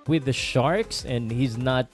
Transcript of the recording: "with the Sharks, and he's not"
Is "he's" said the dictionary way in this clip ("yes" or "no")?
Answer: yes